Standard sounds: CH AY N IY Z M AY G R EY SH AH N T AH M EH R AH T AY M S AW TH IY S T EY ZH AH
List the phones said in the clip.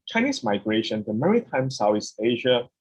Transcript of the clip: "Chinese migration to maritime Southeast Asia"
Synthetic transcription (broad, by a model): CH AY N IY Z M AY G R EY SH AH N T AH M EH R AH T AY M S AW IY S EY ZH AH